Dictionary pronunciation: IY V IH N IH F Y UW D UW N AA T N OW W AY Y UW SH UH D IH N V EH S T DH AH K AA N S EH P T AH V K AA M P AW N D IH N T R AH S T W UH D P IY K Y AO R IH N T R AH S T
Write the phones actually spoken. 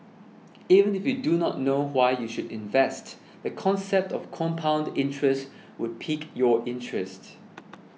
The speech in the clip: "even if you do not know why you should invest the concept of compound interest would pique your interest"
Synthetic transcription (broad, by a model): IY V IH N IH F Y UW D UW N AA T N OW W AY Y UW SH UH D IH N V EH S T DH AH K AA N S EH P T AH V K AA M P AW N D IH N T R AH S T W UH D P IY K Y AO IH N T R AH S T